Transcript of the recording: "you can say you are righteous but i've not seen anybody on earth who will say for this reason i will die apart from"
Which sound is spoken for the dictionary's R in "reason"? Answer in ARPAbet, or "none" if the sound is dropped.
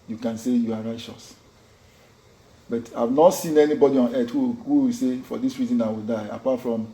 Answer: R